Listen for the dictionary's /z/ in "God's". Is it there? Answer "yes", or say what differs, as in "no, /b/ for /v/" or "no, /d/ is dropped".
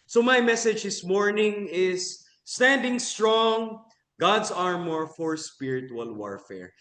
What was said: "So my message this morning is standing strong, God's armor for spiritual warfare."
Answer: no, /s/ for /z/